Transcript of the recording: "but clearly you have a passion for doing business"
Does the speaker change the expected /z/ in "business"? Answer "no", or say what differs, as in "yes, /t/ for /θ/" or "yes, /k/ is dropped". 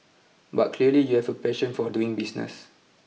yes, /s/ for /z/